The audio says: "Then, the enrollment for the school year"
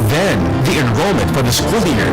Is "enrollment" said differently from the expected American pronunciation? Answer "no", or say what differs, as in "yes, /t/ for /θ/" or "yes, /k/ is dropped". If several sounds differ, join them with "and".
no